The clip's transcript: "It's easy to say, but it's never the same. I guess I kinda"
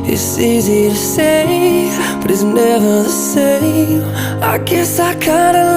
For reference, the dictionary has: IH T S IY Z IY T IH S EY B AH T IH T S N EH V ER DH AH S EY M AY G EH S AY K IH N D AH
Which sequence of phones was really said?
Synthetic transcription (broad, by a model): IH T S IY Z IY T IH S EY B AH T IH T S N EH V ER S EY AY G EH S AY K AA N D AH